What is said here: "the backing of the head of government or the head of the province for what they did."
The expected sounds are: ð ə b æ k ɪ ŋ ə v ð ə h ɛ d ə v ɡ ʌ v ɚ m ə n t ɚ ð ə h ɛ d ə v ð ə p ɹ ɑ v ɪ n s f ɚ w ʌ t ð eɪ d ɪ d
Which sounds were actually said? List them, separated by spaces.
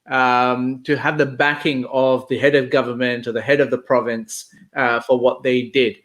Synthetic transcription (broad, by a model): ð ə b æ k ɪ ŋ ə v ð ə h ɛ d ə v ɡ ʌ v ɚ m ə n t ɚ ð ə h ɛ d ə v ð ə p ɹ ɑ v ɪ n s f ɚ w ʌ t ð eɪ d ɪ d